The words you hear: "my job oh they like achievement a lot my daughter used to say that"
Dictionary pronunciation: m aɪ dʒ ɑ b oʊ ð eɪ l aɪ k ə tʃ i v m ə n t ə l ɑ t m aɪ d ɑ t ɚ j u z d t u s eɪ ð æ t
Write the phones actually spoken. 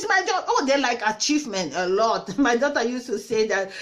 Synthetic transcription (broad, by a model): m aɪ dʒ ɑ oʊ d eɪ l aɪ k ə tʃ i v m ə n t ə l ɑ t m aɪ d ɑ t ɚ j u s t u s eɪ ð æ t